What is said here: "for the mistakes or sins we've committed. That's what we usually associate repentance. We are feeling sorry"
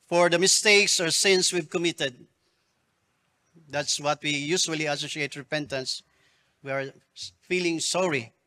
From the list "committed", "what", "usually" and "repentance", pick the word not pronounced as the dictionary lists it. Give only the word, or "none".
usually